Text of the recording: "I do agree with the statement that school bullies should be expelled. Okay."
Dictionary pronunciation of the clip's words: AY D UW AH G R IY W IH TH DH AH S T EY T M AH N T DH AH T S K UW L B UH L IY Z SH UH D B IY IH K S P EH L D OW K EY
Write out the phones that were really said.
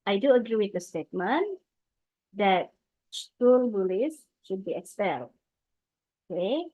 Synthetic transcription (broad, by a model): AY D UW AH G R IY W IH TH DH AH S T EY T M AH N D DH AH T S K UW L B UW L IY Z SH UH D B IY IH K S EH L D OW K EY